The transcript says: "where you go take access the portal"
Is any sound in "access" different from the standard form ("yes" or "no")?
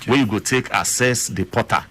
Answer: yes